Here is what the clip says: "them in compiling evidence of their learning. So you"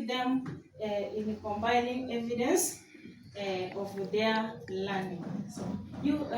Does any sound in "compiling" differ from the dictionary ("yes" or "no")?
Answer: yes